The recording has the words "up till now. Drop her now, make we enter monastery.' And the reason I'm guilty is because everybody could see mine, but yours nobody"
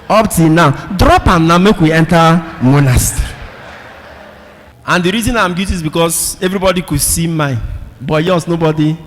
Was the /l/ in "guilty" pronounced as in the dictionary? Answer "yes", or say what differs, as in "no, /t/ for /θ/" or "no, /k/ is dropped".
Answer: no, /l/ is dropped